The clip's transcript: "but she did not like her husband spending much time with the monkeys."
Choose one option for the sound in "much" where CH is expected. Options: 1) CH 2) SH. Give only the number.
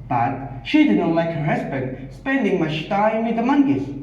2